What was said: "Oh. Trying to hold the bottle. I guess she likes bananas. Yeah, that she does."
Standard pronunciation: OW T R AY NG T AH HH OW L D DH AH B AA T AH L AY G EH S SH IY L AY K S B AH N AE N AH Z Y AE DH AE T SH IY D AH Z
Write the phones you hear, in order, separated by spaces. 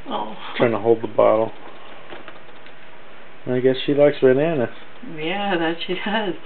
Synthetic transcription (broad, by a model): OW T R AY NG T AH HH OW L D DH AH B AA T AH N AY G EH S SH IY L AY K S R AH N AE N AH S Y AE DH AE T SH IY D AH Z